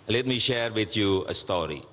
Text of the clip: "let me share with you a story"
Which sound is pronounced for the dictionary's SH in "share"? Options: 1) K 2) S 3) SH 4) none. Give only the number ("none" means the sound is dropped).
3